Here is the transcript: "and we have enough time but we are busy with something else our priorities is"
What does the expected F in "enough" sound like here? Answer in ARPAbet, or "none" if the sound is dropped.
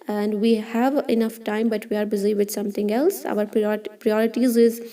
F